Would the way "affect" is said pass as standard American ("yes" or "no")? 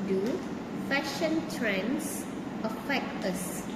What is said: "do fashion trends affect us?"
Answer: no